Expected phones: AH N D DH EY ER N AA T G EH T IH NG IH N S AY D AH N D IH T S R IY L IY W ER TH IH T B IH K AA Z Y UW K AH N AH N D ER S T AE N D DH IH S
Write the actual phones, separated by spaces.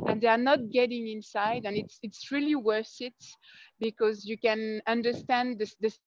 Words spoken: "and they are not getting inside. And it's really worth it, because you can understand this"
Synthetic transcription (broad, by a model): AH N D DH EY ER N AA T G EH T IH NG IH N S AY D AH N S IH T S R IY L IY W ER S IH T B IH K AA Z Y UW K AH N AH N D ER S T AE N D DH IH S